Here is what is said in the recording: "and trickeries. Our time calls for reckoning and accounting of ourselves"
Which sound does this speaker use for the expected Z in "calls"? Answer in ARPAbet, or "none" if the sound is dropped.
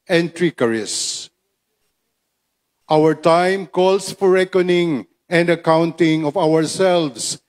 S